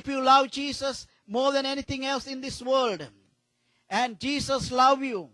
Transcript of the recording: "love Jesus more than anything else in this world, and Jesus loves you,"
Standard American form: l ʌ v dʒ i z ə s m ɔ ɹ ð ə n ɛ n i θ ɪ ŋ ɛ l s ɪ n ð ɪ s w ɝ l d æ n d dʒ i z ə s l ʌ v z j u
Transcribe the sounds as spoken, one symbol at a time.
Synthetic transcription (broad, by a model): l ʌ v dʒ i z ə s m ɔ ɹ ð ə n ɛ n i t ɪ ŋ ɛ l s ɪ n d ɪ s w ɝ l d æ n d dʒ i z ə s l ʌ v j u